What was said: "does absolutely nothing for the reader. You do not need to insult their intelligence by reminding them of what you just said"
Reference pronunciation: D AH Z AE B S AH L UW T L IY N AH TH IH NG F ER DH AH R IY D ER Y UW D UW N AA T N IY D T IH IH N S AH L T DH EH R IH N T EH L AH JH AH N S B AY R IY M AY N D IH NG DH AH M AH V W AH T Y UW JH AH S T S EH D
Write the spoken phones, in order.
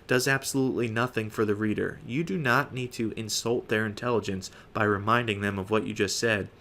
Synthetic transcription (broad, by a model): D AH Z AE B S AH L UW T L IY N AH TH IH NG F ER DH AH R IY D ER Y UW D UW N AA T N IY D T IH IH N S AH L T DH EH R IH N T EH L AH JH AH N S B AY R IY M AY N D IH NG DH AH M AH V W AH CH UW JH AH S T S EH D